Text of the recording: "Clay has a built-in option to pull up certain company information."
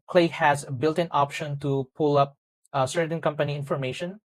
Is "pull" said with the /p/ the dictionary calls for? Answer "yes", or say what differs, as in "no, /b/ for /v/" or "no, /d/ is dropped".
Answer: yes